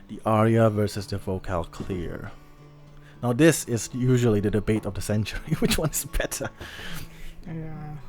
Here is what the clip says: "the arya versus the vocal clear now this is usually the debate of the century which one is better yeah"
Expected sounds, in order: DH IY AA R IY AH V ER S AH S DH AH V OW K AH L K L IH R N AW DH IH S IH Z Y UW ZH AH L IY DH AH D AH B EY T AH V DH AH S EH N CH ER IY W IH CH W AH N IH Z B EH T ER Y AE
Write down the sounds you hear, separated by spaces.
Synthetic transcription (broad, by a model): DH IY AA R IY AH V ER S AH S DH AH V OW K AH L K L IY R N AW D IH S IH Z Y UW ZH AH L IY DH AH D AH B EY T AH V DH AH S EH N CH ER IY W IH CH W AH N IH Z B EH T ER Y